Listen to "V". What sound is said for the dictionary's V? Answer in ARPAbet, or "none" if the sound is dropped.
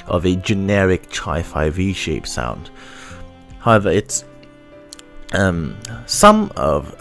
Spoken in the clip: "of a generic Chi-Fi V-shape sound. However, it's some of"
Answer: V